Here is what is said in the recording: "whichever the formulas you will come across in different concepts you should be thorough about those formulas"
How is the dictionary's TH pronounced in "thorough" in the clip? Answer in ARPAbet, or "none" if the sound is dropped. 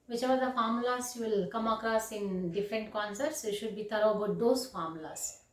T